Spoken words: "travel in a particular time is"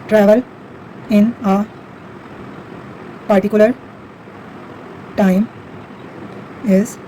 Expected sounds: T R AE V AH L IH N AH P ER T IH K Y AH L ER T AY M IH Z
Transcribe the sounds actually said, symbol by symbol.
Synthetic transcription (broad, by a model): T R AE V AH L IH N AH P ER T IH K Y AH L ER T AY M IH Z